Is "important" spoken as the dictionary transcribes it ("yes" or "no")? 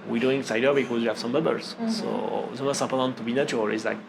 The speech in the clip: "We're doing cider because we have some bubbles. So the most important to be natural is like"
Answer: no